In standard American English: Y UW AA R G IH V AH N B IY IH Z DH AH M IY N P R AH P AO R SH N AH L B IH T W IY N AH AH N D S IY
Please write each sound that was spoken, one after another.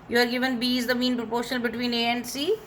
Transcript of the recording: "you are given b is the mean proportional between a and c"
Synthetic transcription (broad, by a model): Y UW AA R G IH V AH N B IY IH Z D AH M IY N P R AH P AO R SH AH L B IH T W IY N AH AH N D S IY